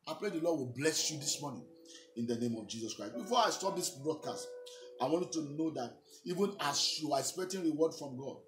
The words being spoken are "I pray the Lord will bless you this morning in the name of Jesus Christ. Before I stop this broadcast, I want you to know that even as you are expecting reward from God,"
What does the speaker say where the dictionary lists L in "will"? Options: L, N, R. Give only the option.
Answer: L